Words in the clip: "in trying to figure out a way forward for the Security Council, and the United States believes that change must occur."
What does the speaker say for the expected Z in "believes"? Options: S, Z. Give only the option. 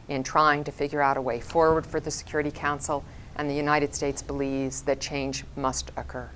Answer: Z